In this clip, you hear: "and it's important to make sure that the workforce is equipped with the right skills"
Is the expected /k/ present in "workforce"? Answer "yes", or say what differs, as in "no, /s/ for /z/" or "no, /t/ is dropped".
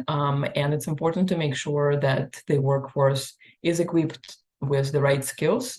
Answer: yes